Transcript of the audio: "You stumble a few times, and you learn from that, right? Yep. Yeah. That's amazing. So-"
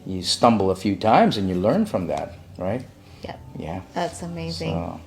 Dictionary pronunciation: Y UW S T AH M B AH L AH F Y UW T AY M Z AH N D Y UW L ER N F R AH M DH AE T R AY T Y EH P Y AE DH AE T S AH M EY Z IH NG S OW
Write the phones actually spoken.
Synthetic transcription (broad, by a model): Y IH S T AH M B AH L AH F Y UW T AY M Z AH N Y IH L ER N F R AH M DH AE T R AY T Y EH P Y AE DH AE T S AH M EY Z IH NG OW